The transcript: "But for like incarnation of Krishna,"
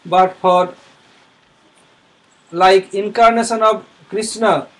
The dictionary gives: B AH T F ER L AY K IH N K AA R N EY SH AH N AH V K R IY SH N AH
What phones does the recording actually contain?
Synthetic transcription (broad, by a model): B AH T P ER L AY K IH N K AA R N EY S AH N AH B K R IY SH N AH